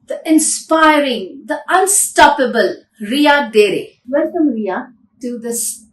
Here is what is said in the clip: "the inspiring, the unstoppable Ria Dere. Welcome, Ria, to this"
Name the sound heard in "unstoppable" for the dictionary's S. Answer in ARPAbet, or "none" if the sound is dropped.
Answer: S